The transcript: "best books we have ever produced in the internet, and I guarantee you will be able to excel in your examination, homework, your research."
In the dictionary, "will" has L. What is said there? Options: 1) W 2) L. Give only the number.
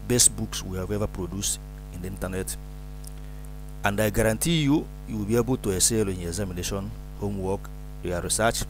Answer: 1